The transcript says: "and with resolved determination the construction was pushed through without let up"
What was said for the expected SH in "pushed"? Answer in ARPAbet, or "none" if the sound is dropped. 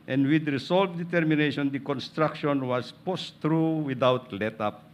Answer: S